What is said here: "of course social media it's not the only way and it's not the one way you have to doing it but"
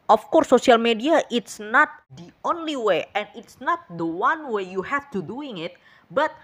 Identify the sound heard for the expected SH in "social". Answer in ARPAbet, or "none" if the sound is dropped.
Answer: none